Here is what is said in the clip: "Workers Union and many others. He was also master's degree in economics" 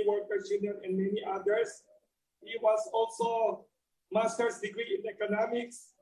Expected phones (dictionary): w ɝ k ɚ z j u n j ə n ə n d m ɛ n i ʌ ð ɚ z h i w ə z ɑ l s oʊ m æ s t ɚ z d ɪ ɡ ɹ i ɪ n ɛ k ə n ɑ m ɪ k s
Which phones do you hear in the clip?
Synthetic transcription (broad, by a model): w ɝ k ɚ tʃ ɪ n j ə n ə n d m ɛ n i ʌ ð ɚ s h i w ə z ɑ l s oʊ m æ s t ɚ s d ɪ ɡ ɹ i ɪ n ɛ k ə n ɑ m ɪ k s